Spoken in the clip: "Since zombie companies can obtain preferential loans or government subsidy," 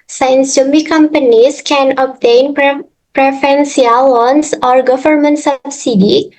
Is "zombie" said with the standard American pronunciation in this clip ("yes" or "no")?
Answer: no